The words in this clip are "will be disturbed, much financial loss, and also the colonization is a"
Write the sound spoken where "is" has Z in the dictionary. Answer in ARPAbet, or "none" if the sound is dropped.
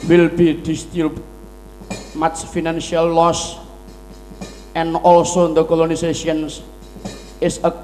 S